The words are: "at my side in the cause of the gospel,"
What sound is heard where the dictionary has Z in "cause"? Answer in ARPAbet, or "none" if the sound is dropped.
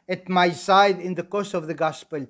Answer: S